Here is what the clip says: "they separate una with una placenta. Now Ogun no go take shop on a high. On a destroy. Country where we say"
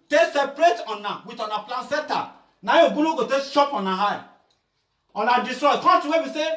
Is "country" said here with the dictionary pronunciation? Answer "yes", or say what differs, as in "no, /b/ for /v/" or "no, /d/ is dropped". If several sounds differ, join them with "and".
no, /ɹ/ is dropped